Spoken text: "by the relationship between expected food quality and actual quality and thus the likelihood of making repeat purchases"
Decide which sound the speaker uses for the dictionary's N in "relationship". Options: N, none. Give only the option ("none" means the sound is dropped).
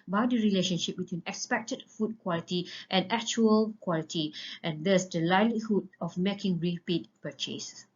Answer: N